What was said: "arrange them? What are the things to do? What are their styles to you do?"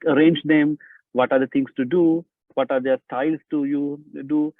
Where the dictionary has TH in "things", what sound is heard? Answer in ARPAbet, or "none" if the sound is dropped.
T